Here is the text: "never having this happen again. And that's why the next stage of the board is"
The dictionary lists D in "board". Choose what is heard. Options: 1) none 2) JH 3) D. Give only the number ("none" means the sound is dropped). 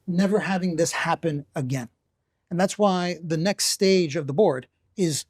3